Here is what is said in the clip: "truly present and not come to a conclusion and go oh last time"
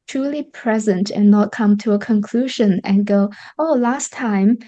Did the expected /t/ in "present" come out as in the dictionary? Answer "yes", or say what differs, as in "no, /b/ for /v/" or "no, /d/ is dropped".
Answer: yes